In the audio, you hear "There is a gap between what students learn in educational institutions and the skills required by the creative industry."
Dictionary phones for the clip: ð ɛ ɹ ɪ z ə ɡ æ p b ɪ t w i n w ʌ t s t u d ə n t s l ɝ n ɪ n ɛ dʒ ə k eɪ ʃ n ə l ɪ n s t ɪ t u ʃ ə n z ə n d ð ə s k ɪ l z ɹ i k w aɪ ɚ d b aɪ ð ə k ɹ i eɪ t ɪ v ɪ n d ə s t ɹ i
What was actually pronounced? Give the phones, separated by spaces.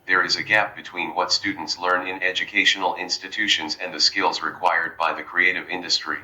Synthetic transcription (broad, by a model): ð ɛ ɹ ɪ z ə ɡ æ p b ɪ t w i n w ʌ t s t u d n t s l ɝ n ɪ n ɛ dʒ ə k eɪ ʃ n l ɪ n s t ɪ t u ʃ ə n z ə n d ð ə s k ɪ l z ɹ i k w aɪ ɚ d b aɪ ð ə k ɹ i eɪ t ɪ v ɪ n d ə s t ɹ i